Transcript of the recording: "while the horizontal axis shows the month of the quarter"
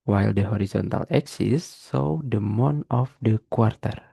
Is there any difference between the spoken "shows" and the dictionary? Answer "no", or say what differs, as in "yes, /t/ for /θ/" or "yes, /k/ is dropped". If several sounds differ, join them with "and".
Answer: yes, /s/ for /ʃ/